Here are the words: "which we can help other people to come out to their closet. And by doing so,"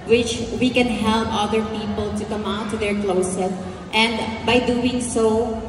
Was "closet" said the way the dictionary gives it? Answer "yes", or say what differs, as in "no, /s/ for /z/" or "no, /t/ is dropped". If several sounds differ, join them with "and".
no, /s/ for /z/